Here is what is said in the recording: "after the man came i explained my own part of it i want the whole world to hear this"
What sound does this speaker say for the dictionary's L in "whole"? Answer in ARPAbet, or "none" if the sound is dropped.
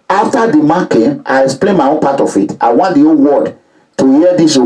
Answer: N